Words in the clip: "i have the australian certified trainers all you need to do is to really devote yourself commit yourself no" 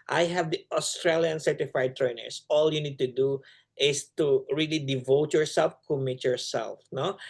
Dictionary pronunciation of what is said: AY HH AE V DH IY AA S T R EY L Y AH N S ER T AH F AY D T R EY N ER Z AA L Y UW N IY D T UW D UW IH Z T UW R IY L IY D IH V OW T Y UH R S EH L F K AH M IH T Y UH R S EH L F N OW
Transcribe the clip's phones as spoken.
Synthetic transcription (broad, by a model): AY HH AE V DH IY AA S T R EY L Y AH N S ER T AH F AY D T R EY N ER S AA L Y UW N IY D T UW D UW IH S T UW R IY L IY D IH V OW T Y UH R S EH L F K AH M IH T Y UH R S EH L F N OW